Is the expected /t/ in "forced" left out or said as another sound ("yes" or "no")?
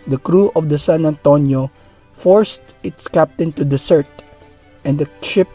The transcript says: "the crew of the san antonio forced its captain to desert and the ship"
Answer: no